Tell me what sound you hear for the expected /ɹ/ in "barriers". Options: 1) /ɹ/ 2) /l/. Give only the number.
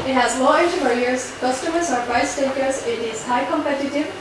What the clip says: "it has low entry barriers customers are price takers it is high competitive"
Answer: 2